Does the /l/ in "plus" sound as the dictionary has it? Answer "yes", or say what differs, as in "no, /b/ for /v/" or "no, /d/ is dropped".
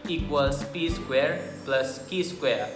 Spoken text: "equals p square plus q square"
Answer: yes